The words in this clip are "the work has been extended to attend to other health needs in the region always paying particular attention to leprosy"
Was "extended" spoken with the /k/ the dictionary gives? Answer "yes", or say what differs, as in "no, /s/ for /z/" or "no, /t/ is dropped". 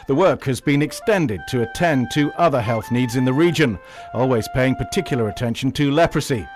yes